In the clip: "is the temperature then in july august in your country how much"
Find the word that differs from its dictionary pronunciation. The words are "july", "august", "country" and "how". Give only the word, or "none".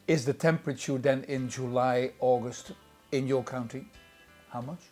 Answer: country